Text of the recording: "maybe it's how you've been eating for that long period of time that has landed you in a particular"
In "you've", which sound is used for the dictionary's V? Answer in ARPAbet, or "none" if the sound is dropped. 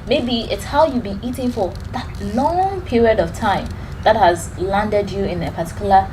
V